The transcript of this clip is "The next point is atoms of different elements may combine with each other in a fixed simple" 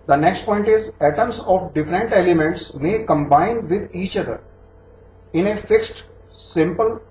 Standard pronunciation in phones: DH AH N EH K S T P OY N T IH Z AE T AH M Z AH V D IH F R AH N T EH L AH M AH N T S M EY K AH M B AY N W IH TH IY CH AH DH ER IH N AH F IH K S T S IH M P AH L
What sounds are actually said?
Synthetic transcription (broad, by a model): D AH N EH K S T P OY N T IH Z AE T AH M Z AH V D IH F R AH N T EH L AH M AH N T S M EY K AH M B AY N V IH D IY CH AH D ER IH N AH F IH K S T S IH M P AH L